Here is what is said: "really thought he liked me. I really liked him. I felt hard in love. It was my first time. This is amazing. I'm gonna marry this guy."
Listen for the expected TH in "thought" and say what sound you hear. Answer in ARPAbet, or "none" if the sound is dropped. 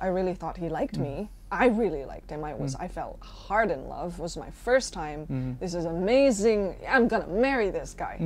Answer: TH